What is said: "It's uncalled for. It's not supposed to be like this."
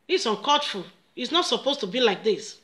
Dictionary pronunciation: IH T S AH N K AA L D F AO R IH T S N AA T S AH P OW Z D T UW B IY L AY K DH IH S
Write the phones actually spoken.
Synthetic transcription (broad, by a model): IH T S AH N K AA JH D F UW L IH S N AA T S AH P OW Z T UW B IY L AY K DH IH S